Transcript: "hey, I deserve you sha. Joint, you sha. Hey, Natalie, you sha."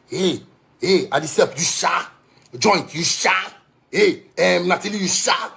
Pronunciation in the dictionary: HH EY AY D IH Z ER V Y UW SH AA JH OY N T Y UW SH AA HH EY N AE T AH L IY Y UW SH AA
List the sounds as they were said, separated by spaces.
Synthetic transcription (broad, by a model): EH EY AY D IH S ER P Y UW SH AA JH OY N T Y UW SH AA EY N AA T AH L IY Y UW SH AA